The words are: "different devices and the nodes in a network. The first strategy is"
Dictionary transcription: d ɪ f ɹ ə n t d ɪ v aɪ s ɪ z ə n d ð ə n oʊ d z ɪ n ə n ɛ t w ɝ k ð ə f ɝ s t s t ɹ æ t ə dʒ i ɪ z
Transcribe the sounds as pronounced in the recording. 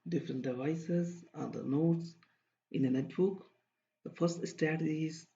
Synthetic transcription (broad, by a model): d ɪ f ɹ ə n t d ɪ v aɪ s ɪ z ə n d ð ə n oʊ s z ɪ n ə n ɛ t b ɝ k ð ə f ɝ s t s t æ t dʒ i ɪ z